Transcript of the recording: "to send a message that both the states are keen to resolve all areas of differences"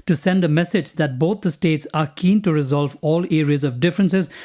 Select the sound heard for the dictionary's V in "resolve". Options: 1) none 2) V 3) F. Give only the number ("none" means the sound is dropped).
2